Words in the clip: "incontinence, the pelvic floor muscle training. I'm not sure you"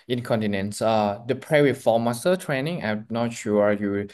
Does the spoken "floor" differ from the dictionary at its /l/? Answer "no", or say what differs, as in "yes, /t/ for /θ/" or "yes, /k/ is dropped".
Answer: yes, /l/ is dropped